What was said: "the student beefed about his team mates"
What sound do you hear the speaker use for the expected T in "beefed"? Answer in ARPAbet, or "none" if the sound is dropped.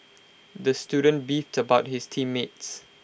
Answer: T